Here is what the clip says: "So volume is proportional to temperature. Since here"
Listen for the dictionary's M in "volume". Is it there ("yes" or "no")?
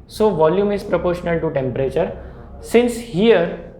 yes